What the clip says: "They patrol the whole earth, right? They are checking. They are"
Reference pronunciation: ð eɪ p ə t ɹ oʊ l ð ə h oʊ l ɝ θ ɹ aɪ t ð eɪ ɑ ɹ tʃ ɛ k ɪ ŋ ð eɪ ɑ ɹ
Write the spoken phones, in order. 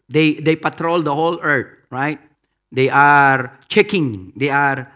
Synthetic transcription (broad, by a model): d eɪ p ə t ɹ oʊ l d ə h oʊ l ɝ t ɹ aɪ t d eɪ ɑ ɹ tʃ ɛ k ɪ ŋ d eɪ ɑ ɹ